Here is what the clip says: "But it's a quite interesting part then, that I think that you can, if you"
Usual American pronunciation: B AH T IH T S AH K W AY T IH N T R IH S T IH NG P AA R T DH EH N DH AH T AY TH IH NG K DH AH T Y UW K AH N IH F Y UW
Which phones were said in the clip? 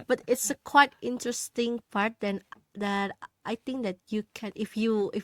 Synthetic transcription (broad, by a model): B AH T IH T S AH K W AY T IH N T R IH S T IH NG P AA R T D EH N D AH T AY T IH NG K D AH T Y UW K AH N IH F Y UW